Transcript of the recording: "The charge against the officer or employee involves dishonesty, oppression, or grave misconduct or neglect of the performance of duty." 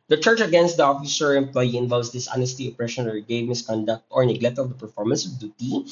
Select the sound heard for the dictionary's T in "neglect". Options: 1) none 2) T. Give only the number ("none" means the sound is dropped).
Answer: 2